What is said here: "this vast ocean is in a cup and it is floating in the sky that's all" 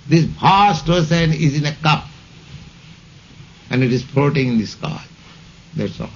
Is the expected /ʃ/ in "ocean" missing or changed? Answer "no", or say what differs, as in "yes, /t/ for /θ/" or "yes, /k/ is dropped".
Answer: yes, /s/ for /ʃ/